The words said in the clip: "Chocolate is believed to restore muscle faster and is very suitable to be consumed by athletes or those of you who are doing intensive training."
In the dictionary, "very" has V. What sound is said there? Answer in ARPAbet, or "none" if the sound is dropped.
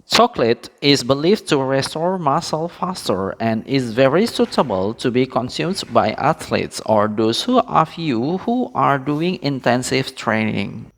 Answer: V